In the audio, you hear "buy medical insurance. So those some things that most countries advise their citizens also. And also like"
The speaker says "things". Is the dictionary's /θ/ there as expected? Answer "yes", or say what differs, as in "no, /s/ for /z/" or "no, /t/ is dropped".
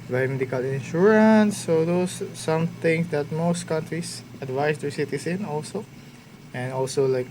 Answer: no, /t/ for /θ/